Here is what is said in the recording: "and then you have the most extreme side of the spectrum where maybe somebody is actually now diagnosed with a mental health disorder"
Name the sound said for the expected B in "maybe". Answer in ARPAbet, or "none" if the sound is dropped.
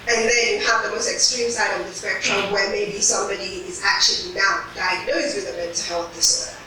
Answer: B